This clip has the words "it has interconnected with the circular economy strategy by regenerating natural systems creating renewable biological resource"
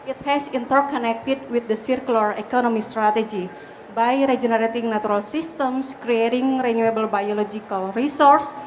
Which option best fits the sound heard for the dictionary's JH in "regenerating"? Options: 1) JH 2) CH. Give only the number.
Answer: 1